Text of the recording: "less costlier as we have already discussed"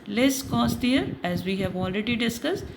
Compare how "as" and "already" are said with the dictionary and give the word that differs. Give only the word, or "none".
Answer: none